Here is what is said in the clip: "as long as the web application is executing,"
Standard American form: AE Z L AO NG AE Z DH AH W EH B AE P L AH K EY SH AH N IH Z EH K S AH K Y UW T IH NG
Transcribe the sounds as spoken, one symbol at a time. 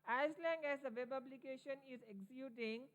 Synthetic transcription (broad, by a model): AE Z L AO NG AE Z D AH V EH B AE B L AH K EY SH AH N IH Z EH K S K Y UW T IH NG